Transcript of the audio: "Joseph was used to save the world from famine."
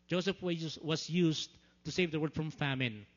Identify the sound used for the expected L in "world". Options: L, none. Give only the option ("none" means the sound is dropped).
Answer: none